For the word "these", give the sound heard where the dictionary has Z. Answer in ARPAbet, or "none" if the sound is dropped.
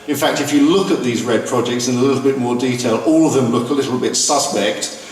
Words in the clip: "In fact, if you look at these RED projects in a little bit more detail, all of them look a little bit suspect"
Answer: Z